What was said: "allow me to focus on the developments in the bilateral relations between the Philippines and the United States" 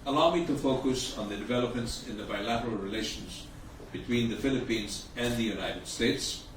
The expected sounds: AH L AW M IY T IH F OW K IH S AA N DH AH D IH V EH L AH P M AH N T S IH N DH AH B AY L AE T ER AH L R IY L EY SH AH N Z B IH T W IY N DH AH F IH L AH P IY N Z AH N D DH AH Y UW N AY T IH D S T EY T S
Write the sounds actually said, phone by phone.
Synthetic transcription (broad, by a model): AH L AW M IY T IH F OW K IH S N DH AH D IH V EH L AH P M AH N T S IH N DH AH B AY L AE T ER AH L R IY L EY SH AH N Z B IH T W IY N DH AH F IH L AH P IY N Z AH N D DH AH Y UW N AY T IH D S T EY T S